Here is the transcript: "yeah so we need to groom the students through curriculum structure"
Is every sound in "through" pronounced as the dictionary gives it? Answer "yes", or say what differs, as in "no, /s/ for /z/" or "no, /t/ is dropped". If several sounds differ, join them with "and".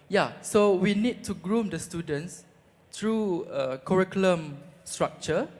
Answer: no, /t/ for /θ/